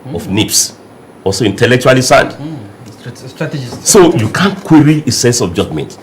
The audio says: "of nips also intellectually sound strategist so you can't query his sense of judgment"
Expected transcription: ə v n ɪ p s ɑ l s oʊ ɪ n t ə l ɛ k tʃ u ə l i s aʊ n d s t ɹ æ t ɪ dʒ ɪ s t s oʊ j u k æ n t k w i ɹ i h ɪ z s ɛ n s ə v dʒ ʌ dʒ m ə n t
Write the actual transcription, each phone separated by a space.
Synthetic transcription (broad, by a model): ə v n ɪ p s ɑ l s oʊ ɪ n t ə l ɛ k tʃ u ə l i s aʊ n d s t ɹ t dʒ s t s oʊ j u k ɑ n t k w i ɹ i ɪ s ɛ n s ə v dʒ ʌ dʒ m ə n t